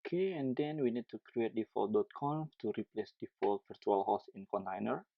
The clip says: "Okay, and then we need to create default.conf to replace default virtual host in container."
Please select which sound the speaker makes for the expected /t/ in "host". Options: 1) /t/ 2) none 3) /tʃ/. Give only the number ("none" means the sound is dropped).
2